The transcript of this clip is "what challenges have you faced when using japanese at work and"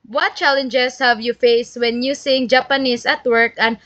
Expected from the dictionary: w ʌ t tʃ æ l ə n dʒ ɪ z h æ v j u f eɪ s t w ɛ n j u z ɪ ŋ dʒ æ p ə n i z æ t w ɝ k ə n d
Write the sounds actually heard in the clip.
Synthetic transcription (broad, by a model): w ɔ t tʃ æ l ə n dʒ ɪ s h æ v j u f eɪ s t w ɛ n j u s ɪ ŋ dʒ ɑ p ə n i s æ t w ɝ k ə n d